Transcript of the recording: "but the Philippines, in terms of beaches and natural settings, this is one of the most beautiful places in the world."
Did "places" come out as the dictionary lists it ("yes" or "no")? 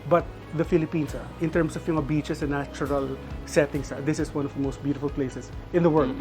no